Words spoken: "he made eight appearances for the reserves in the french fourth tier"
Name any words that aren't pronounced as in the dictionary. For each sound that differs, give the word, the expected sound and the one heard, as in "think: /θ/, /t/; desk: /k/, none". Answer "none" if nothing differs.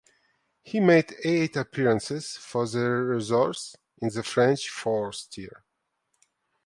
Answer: fourth: /θ/, /s/